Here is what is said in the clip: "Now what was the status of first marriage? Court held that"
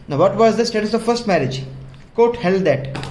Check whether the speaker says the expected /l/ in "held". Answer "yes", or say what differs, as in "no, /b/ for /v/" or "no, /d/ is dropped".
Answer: yes